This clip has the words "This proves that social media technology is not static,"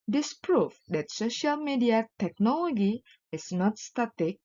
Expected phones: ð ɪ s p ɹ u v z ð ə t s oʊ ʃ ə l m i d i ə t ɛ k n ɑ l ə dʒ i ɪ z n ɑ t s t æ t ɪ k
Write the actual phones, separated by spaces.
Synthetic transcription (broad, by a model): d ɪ s p ɹ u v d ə t s oʊ ʃ ə l m i d i ə t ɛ k n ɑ l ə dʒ i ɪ s n ɑ t s t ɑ t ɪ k